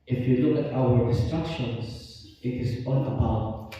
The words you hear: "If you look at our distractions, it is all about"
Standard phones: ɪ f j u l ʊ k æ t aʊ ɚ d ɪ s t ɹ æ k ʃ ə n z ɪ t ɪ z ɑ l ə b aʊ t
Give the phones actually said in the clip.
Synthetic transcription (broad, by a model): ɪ f j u l ʊ k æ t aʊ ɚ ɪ s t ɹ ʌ k ʃ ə n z ɪ t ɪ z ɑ n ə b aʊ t